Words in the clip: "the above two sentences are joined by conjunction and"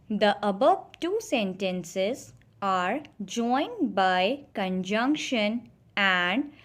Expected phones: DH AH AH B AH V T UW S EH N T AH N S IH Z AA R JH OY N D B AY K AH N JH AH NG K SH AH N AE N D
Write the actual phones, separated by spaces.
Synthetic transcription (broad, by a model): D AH AH B AH V T UW S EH N T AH N S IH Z AA R JH OY N D B AY K AH N JH AH NG K SH AH N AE N D